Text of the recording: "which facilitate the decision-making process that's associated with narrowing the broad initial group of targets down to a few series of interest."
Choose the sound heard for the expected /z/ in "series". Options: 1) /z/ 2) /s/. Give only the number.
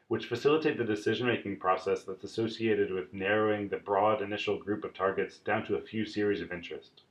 1